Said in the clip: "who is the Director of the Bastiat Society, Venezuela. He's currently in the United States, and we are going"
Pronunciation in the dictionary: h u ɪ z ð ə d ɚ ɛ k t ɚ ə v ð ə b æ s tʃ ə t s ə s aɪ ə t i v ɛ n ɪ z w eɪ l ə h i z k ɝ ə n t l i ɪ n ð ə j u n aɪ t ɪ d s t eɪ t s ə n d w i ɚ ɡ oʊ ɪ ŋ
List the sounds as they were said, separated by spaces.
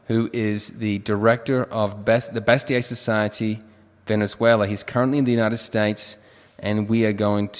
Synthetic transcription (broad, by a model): h u ɪ z ð ə d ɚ ɛ k t ɚ ə v ð ə b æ s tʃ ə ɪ s ə s aɪ ə t i v ɛ n ɪ z w eɪ l ə h i z k ɝ ə n t l i ɪ n ð ə j u n aɪ t ɪ d s t eɪ t s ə n w i ɚ ɡ oʊ ɪ ŋ